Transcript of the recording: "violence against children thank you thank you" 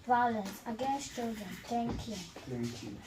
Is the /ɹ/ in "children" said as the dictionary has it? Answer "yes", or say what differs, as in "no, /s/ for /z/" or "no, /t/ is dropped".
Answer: yes